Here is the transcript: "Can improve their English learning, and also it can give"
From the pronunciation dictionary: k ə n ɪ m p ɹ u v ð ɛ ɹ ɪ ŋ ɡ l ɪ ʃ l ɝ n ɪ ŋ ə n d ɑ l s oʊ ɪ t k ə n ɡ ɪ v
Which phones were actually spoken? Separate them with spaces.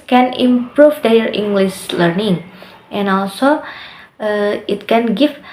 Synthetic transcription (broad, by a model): k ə n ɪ m p ɹ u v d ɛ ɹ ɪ ŋ ɡ l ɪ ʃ l ɝ n ɪ ŋ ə n ɑ l s oʊ ɪ t k ə n ɡ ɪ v